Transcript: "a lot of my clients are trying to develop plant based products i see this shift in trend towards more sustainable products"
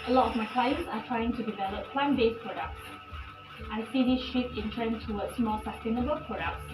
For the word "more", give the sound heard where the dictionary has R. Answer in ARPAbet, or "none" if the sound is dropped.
L